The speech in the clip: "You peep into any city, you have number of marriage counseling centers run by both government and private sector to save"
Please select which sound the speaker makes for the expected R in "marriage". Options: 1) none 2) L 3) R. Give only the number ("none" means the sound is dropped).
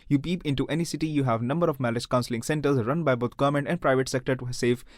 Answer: 2